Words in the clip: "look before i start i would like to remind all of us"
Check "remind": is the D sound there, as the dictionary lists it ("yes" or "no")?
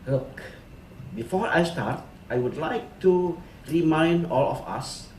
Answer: yes